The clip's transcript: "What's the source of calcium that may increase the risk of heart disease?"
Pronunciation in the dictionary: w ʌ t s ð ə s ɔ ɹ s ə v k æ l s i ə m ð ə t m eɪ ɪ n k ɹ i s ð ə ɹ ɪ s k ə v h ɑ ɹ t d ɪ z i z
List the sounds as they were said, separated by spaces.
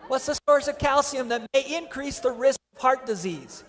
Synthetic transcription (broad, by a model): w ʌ t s ð ə s ɔ ɹ s ə v k æ l s i ə m ð ə t m eɪ ɪ n k ɹ i s ð ə ɹ ɪ s k ə v h ɑ ɹ t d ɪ z i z